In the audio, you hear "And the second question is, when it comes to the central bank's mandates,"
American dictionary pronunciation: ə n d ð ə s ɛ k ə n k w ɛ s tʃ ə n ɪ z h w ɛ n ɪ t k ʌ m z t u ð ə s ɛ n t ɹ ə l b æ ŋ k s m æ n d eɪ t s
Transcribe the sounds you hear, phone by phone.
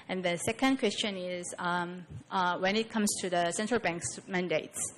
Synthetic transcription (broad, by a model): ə n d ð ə s ɛ k ə n k w ɛ s tʃ ə n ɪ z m w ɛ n ɪ t k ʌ m s t u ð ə s ɛ n t ɹ ə l b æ ŋ k s m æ n d eɪ t s